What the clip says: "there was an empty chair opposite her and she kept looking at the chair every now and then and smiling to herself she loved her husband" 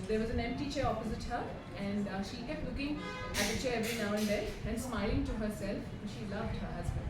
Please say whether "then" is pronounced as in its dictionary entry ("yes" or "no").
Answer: no